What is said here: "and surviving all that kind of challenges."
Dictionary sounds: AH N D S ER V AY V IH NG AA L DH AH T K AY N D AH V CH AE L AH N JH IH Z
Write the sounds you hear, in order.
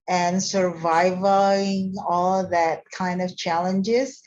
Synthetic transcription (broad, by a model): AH N S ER V AY V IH NG AA L DH AH T K AY N D AH V CH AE L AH N JH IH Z